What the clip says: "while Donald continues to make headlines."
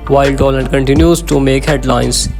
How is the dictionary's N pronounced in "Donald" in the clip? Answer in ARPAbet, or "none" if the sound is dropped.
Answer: L